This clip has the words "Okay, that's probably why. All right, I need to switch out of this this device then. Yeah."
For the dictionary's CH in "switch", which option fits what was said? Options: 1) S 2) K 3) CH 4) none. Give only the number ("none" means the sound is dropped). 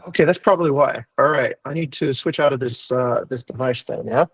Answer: 3